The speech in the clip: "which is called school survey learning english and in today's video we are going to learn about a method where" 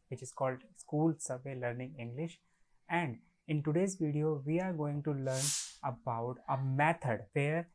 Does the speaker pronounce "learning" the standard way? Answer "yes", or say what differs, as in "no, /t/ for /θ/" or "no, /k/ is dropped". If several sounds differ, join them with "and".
yes